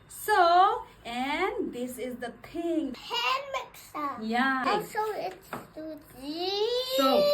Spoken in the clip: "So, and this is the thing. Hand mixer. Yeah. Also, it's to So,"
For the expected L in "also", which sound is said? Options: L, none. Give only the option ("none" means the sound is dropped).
none